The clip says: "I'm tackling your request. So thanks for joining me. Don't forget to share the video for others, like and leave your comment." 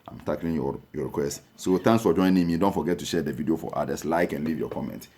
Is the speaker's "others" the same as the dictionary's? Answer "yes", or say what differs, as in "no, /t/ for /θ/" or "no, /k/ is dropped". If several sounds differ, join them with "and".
no, /s/ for /z/